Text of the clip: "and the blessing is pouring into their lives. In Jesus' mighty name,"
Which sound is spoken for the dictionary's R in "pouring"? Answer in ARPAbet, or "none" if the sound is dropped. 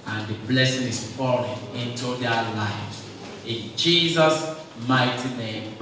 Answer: L